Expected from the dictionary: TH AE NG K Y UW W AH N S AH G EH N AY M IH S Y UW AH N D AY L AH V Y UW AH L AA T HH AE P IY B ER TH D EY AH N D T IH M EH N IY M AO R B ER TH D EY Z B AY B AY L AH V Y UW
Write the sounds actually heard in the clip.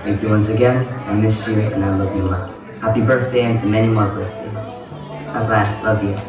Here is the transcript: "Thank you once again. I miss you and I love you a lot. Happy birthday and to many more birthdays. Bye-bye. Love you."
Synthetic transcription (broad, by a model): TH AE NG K Y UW W AH N S AH G EH N AY M IH S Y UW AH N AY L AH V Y AH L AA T HH AE P IY B ER TH D EY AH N T IH M EH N IY M AO R B ER TH D EY Z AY B AY L AH V Y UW